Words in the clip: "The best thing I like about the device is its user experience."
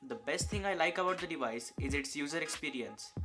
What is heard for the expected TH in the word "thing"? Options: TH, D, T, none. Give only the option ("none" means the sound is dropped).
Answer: T